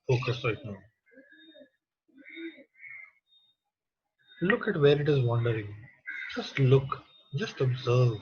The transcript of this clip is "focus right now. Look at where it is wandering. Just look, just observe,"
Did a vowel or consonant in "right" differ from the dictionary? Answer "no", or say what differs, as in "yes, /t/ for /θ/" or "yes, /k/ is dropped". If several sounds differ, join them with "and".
yes, /l/ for /ɹ/